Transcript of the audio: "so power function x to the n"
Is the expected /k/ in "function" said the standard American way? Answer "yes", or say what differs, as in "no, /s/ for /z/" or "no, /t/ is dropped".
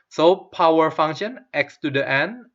no, /k/ is dropped